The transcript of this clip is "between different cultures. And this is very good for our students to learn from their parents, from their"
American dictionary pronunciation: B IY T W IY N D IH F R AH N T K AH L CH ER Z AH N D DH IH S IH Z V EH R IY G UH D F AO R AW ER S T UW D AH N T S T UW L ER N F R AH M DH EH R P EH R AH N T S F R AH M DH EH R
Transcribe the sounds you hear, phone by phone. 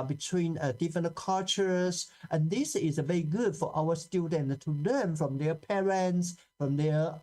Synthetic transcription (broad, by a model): B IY T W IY N D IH F R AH N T K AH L CH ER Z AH N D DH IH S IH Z V EH R IY G UH D F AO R AW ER S T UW D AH N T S T UW L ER N F R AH M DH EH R P EH R AH N T S F R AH M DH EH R